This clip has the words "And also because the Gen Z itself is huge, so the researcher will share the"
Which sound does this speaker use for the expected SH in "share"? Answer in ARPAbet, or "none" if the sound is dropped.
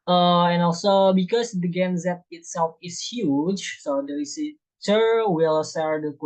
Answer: S